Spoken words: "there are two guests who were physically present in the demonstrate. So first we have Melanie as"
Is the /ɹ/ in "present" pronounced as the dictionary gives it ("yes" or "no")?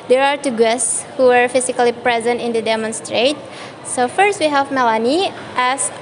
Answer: yes